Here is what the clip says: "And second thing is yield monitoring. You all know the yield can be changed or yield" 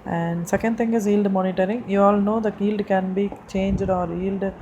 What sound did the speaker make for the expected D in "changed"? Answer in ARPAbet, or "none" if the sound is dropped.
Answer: D